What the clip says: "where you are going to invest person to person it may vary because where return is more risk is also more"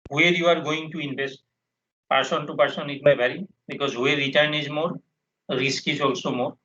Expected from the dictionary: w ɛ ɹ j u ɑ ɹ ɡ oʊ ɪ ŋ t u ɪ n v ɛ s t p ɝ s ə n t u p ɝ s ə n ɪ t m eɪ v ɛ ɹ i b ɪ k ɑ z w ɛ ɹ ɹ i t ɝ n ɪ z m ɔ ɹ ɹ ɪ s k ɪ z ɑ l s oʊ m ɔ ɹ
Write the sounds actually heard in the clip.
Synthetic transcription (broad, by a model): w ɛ ɹ j u ɑ ɹ ɡ oʊ ɪ ŋ t u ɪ n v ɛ s t p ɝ s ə n t u p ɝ s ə n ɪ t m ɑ b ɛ ɹ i b ɪ k ɑ z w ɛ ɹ ɹ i t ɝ n ɪ z m ɔ ɹ ɹ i s k ɪ z ɑ l s oʊ m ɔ ɹ